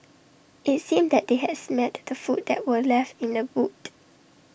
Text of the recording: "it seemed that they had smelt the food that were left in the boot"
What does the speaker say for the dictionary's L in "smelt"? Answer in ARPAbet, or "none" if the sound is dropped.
none